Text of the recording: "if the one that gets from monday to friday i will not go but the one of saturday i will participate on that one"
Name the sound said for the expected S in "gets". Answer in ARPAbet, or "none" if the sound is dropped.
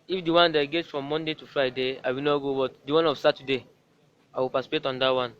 none